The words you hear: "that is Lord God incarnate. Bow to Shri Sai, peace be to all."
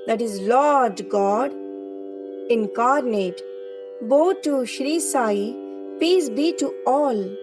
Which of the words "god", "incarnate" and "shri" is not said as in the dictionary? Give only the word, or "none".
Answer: none